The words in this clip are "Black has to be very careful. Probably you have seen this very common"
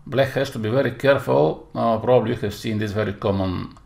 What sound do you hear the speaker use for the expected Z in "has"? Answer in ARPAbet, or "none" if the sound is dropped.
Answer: S